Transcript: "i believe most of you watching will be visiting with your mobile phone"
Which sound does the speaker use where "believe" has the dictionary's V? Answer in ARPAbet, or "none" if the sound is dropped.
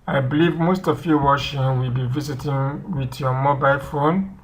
V